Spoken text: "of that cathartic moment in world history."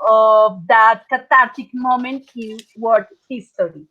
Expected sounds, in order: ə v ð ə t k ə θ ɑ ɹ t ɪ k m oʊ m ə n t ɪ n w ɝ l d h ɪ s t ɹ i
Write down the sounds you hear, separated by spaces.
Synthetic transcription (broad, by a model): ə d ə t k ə t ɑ ɹ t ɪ k m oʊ m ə n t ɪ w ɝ d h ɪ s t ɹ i